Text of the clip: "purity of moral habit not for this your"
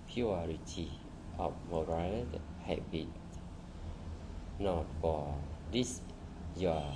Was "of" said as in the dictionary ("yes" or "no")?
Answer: no